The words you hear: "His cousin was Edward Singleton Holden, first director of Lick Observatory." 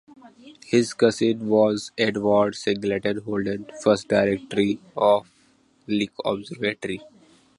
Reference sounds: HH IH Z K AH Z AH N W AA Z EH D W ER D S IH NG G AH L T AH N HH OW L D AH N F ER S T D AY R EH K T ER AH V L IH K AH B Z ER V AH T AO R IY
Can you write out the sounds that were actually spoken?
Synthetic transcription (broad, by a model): HH IH Z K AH S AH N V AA Z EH D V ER D S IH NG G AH L T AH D HH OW L D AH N F ER S T D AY R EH K T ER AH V L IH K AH B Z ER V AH T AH R IY